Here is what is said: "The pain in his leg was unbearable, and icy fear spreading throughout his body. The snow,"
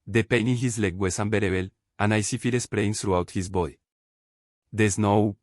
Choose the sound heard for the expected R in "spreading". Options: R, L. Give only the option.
L